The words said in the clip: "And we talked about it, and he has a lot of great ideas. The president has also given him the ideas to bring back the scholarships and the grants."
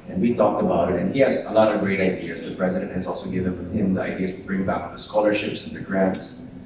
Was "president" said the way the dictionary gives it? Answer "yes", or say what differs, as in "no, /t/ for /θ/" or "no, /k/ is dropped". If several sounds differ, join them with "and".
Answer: yes